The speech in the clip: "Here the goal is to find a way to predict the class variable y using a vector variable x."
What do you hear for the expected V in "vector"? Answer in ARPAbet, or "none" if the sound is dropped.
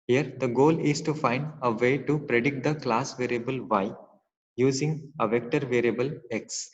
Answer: V